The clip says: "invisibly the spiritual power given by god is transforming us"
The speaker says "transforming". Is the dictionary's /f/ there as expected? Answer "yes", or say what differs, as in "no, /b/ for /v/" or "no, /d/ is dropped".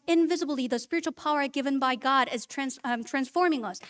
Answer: yes